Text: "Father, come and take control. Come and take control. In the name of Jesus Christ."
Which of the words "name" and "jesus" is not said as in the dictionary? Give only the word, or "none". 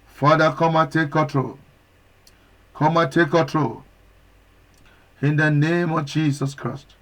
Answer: jesus